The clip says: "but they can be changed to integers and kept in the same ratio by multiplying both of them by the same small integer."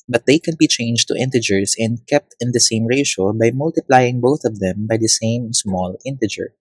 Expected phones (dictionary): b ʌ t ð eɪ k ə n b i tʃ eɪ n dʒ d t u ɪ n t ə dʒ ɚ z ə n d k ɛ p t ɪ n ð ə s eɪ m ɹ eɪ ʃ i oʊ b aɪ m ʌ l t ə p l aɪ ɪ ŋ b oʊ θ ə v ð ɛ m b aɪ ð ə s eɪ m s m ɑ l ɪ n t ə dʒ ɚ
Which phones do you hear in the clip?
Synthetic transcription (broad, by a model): b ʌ t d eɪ k ə n b i tʃ eɪ n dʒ t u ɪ n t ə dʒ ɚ s ə n d k ɛ p t ɪ n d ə s eɪ m ɹ eɪ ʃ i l b aɪ m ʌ l t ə p l aɪ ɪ ŋ b oʊ θ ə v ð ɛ m b aɪ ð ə s eɪ m s m ɑ l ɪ n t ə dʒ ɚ